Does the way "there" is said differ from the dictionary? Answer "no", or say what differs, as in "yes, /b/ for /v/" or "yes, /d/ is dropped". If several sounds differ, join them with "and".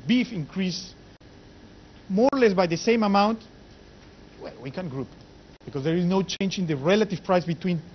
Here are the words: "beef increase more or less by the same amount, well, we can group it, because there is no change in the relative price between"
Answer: no